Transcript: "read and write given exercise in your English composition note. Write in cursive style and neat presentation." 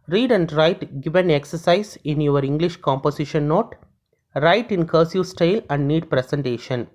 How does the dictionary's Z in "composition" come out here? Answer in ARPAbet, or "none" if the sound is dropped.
S